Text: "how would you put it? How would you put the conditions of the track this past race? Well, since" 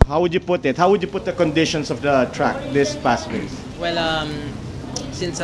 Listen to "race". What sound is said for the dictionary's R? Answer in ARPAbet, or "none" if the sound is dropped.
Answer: W